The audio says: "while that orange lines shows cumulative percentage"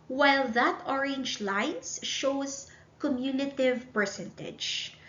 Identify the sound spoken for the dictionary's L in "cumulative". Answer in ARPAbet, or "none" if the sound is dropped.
N